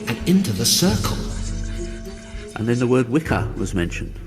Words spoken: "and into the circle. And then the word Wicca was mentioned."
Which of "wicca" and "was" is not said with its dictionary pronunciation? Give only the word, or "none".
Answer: none